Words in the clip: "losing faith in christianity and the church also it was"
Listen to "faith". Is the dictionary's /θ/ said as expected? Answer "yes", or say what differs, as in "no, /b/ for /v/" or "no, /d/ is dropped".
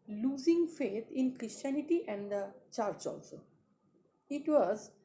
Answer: no, /t/ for /θ/